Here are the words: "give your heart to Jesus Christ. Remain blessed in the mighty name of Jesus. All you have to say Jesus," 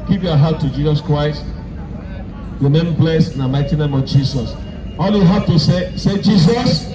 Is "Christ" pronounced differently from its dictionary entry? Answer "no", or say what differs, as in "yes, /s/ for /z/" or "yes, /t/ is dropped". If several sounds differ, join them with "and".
no